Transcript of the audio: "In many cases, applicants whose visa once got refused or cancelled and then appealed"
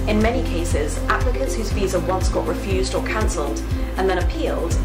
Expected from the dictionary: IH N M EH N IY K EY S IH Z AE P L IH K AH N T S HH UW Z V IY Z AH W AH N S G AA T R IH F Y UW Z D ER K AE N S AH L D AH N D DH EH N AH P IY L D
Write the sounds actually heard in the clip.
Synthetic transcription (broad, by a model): IH N M EH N IY K EY S IH Z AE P L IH K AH T S HH UW Z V IY Z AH W AH N S G AA T R IH F Y UW Z D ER K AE N S AH L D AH N DH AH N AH P IY L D